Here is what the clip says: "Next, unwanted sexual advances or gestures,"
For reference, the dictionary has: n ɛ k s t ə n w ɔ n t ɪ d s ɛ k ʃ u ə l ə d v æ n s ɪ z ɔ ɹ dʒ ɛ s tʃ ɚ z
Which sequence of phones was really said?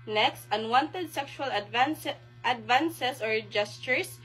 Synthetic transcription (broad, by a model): n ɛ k s t ə n w ɔ n t ɪ d s ɛ k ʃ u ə l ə d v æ n s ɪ s ɔ ɹ dʒ ɛ s tʃ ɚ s